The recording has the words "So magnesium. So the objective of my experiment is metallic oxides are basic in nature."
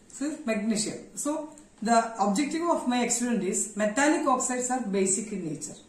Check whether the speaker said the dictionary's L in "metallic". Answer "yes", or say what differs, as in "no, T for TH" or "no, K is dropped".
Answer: no, N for L